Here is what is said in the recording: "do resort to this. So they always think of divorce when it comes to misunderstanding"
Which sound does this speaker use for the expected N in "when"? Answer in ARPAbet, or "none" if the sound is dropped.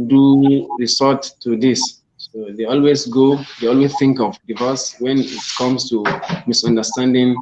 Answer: N